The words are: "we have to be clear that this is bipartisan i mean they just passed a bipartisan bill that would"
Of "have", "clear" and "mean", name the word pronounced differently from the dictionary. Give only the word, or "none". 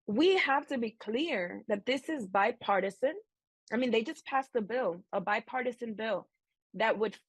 have